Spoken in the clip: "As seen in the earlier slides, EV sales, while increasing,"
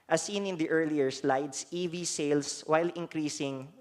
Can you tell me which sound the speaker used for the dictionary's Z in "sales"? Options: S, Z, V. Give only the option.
S